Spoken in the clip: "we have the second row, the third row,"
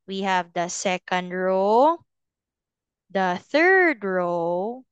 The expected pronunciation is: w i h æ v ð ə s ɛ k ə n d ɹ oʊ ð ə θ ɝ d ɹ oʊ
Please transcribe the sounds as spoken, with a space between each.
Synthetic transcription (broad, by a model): w i h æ v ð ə s ɛ k ə n d ɹ oʊ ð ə θ ɝ d ɹ oʊ